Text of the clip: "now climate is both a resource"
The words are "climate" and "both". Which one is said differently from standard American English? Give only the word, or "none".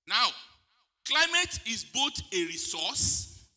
both